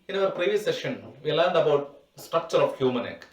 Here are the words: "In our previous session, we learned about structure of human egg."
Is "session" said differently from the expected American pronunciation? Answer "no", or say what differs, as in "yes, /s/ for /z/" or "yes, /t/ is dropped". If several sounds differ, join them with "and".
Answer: no